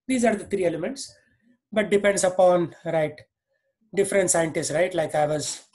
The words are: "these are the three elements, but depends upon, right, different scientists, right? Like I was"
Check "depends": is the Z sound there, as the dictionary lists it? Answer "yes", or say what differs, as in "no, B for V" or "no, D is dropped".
no, S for Z